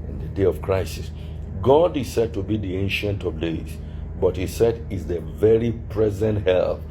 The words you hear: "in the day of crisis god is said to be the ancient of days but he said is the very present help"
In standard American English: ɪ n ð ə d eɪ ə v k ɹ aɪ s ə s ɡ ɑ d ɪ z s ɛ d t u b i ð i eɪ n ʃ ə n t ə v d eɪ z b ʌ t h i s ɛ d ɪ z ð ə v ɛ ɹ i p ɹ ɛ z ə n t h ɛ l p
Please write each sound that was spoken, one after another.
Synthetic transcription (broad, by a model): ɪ n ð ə d eɪ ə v k ɹ aɪ s ə s ɡ ɑ d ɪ s ɛ d t u b i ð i eɪ n ʃ ə n t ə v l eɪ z b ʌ t h i s ɛ d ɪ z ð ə v ɛ ɹ i p ɹ ɛ z ə n t h ɛ l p